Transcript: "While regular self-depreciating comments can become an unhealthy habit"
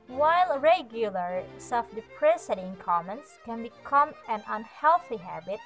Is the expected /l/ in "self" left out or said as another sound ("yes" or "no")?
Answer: yes